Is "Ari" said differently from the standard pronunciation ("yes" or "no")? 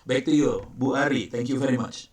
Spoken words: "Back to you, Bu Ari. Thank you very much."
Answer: no